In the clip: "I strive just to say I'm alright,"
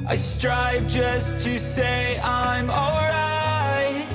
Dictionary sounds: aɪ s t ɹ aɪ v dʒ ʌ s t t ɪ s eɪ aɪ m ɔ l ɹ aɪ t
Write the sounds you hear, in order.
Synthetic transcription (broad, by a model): aɪ s t ɹ aɪ v dʒ ʌ s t t ɪ s eɪ aɪ m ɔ l ɹ aɪ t